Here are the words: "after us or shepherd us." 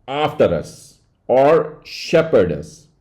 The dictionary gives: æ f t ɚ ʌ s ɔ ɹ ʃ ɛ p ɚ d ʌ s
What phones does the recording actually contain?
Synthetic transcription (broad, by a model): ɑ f t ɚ ʌ s ɔ ɹ ʃ ɛ p ɚ d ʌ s